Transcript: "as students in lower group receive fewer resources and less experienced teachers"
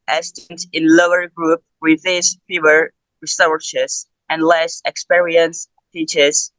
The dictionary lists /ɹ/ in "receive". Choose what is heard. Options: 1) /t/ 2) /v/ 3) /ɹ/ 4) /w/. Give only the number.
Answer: 4